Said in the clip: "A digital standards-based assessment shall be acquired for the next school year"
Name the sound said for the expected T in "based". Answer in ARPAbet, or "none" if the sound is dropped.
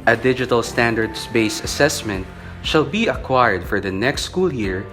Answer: none